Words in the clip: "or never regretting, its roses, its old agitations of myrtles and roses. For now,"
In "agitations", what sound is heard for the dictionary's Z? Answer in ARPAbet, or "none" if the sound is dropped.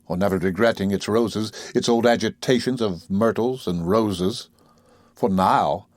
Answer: Z